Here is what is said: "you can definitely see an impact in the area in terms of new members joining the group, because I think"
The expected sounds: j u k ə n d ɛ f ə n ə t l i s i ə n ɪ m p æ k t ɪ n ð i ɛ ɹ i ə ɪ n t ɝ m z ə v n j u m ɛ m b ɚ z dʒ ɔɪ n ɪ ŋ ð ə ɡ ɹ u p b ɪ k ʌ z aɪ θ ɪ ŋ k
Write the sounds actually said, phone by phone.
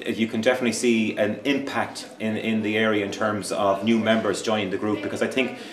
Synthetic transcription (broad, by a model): j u k ə n d ɛ f ə n ə t l i s i ə n ɪ m p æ k t ɪ n ð i ɛ ɹ i ə ɪ n t ɝ m z ə v n j u m ɛ m b ɚ z dʒ ɔɪ n ɪ ŋ ð ə ɡ ɹ u p b ɪ k ʌ z aɪ θ ɪ ŋ k